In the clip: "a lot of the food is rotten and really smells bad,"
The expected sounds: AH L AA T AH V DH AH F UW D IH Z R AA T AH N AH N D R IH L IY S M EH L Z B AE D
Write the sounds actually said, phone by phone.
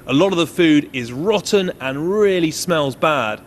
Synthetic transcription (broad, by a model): AH L AA T AH V DH AH F UW D IH Z R AA T N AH N R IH L IY S M EH L Z B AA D